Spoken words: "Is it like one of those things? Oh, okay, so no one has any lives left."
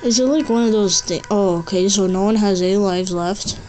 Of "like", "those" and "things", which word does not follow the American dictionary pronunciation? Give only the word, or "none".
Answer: things